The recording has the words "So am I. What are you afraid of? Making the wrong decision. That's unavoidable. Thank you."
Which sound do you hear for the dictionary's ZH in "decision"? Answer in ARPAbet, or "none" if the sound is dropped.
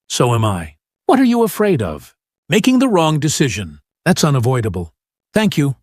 ZH